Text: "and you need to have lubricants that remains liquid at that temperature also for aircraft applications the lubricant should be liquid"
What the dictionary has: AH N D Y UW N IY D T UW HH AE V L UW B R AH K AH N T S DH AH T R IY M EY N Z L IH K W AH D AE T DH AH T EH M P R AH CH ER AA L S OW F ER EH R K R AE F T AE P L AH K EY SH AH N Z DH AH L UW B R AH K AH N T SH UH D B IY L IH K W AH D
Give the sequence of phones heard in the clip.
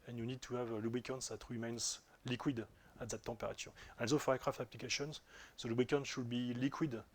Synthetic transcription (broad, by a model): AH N Y UW N IY D T UW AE V L UW B R AH K AH N T S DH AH T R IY M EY N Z L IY K W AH D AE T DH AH T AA P R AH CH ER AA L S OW F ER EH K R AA F T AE P L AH K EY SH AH N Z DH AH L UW B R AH K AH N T SH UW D B IY L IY K W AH D